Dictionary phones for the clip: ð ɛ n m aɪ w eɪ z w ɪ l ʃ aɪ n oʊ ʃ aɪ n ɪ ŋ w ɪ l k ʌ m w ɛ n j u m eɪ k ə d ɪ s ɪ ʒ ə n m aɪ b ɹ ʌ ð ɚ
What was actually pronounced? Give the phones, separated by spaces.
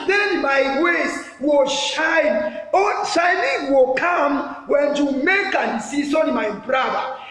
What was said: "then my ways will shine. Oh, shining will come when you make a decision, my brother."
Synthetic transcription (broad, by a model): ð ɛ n m aɪ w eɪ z w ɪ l ʃ aɪ n oʊ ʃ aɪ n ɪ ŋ w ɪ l k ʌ m w ɛ n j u m eɪ k ə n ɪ s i s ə n m aɪ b ɹ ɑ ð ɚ